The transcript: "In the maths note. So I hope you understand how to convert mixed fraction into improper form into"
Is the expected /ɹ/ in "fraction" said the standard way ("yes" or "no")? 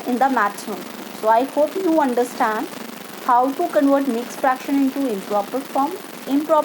yes